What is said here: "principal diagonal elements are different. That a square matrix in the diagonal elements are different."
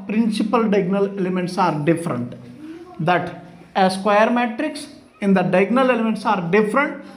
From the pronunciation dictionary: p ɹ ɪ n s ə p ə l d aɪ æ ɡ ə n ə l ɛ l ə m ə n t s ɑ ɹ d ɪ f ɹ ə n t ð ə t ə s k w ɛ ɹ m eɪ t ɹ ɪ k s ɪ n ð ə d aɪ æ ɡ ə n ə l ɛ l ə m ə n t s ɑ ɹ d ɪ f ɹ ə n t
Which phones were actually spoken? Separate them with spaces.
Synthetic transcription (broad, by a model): p ɹ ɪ n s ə p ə l d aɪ ɡ n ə l ɛ l ə m ə n t s ɑ ɹ d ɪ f ɹ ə n t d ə t ə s k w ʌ ɹ m eɪ t ɹ ɪ k s ɪ n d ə d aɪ ɡ n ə l ɛ l ə m ə n t s ɑ ɹ d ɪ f ɹ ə n t